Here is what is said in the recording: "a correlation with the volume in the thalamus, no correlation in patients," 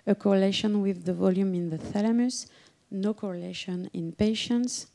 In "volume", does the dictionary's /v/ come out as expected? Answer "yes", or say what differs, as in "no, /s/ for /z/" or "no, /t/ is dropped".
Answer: yes